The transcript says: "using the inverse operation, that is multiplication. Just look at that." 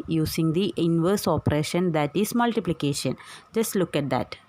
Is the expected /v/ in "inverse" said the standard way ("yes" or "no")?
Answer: yes